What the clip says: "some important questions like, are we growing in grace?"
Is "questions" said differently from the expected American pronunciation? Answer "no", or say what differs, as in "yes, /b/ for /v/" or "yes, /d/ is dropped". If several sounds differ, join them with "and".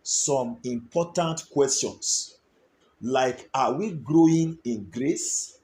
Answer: yes, /s/ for /z/